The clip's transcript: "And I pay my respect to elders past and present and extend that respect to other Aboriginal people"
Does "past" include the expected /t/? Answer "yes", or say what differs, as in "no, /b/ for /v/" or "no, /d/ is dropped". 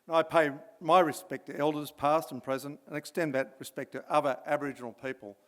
yes